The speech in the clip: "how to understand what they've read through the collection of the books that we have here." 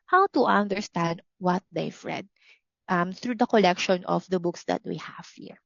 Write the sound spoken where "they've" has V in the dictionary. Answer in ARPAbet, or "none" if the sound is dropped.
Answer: F